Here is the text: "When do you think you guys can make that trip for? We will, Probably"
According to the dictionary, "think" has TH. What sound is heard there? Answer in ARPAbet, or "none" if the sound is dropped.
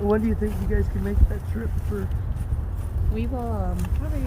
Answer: TH